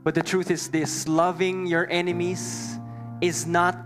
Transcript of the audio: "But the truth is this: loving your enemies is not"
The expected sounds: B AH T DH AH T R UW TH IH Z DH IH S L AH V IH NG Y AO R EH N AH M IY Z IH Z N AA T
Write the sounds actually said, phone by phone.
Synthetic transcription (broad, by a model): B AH T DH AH T R UW TH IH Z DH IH S L AH V IH NG Y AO R EH N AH M IY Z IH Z N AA T